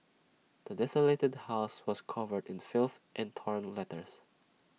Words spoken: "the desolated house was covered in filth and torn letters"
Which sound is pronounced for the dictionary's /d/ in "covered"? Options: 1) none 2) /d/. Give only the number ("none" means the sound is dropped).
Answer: 2